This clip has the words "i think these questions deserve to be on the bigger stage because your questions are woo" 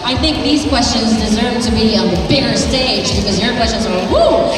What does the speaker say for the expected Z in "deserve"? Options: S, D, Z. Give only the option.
Z